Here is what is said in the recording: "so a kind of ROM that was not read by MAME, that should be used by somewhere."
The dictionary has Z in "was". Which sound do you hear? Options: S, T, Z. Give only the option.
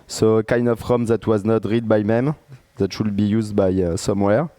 Z